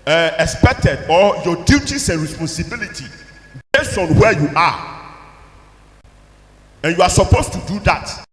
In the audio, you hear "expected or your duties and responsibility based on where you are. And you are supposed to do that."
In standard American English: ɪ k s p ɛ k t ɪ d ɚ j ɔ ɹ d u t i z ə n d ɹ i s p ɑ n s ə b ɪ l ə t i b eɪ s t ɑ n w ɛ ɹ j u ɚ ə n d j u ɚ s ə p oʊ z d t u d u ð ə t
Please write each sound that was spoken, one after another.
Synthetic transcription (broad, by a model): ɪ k s p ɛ k t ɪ d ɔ j ɔ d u t i s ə n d ɹ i s p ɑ n s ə b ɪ l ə t i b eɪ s ɑ n w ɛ j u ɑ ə n j u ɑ s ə p oʊ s t u d u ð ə t